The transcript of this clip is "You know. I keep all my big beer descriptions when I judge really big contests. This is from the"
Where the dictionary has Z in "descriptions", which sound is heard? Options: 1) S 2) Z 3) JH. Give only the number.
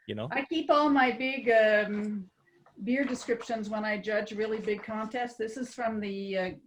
2